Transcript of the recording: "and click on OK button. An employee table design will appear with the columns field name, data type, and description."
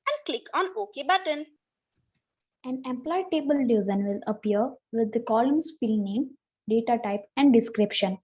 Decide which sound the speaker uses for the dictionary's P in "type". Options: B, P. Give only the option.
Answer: P